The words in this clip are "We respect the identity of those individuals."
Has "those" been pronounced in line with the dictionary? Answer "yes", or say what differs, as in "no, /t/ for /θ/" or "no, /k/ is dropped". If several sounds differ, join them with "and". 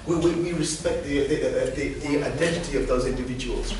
yes